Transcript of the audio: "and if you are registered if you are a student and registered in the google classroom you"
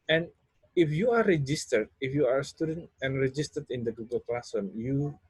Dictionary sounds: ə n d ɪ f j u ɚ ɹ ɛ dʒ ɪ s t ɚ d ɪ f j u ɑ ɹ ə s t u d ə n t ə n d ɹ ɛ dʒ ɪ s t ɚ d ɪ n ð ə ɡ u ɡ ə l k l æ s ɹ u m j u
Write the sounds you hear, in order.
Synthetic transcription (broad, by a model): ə n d ɪ f j u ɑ ɹ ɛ dʒ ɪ s t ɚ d ɪ f j u ɑ ɹ ə s t u d ə n t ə n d ɹ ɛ dʒ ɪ s t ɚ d ɪ n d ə ɡ u ɡ ə l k l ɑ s ʌ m j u